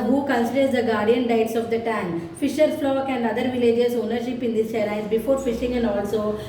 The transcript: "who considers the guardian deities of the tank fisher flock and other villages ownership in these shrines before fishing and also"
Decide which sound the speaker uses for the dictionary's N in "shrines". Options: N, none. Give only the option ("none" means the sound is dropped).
none